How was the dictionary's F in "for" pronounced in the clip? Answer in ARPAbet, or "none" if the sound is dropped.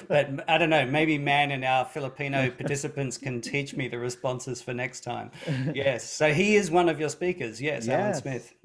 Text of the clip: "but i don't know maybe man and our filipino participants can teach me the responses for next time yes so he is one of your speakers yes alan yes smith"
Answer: F